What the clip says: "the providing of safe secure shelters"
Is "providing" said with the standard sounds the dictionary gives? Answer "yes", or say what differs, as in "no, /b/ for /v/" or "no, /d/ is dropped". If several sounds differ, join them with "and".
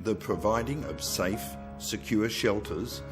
yes